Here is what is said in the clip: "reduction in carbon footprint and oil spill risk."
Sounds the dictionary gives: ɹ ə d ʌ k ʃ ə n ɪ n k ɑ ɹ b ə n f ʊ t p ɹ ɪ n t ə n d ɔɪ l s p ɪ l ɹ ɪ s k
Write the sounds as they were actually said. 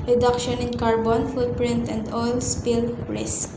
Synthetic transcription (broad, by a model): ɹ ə d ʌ k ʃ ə n ɪ n k ɑ ɹ b ə n f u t p ɹ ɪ n t ə n d ɔɪ l s p ɪ l ɹ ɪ s k